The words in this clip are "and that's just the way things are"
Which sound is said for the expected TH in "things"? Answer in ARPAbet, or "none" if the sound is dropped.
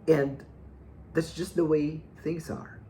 TH